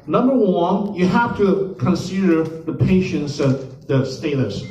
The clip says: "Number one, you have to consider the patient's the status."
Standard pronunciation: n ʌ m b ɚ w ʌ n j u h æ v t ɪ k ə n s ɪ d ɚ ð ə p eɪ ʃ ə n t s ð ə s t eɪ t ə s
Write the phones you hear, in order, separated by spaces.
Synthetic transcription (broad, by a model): n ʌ m b ɚ w ʌ n j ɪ h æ f t ɪ k ə n s ɪ d ɚ ð ə p eɪ ʃ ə n t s ð ə s t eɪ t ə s